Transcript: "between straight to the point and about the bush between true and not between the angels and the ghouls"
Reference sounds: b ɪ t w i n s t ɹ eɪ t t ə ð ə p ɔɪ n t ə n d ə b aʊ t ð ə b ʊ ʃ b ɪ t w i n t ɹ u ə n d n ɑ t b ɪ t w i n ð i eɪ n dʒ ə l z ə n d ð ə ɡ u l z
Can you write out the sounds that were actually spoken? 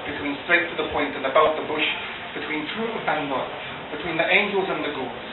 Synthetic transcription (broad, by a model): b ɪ t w i n s t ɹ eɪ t t ə ð ə p ɔɪ n t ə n ə b aʊ t ð ə b ʊ ʃ b ɪ t w i n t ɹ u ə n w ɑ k b ɪ t w i n ð i eɪ n dʒ ə l z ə n ð ə ɡ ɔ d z